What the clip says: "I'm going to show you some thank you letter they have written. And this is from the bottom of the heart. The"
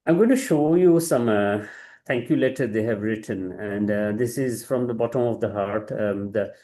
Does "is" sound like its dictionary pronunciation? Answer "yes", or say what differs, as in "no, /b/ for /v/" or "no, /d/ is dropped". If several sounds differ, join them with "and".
yes